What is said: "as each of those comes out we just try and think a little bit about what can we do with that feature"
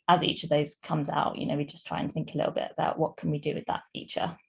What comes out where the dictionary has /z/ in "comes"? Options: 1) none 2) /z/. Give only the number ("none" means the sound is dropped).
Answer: 2